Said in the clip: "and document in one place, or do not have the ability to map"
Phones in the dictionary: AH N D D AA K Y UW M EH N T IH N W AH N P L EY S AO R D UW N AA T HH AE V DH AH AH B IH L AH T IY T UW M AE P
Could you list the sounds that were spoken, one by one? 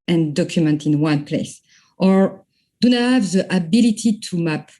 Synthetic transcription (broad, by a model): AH N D D AA K Y UW M EH N T IH N W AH N P L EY S AO R D UW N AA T HH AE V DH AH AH B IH L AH T IY T UW M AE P